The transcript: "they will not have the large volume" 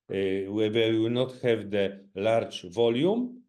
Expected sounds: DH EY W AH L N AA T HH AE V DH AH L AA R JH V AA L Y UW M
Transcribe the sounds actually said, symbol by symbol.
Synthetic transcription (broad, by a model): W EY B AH W N AA T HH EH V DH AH L AA R JH V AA L Y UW M